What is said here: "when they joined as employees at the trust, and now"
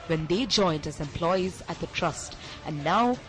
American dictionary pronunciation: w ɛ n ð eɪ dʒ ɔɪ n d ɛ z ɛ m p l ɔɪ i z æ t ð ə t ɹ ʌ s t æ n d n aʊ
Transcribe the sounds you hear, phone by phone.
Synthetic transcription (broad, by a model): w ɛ n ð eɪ dʒ ɔɪ n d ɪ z ɛ m p l ɔɪ i z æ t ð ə t ɹ ʌ s t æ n n aʊ